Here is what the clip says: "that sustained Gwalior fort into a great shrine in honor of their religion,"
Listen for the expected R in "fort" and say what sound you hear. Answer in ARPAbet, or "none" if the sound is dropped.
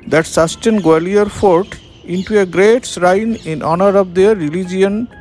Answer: R